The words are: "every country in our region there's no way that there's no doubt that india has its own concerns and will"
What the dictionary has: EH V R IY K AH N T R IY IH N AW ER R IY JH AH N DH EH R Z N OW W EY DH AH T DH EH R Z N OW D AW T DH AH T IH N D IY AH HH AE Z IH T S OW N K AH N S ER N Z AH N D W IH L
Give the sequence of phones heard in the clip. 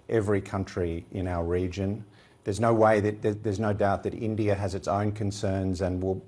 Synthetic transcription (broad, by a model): EH V R IY K AH N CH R IY IH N AW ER R IY JH AH N DH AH R Z N OW W EY DH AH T DH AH R Z N OW D AW T DH AH T IH N D IY AH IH Z IH T S OW N K AH N S ER N Z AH N W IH L